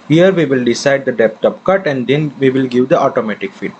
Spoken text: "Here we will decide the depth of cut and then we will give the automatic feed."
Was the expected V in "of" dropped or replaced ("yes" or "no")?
yes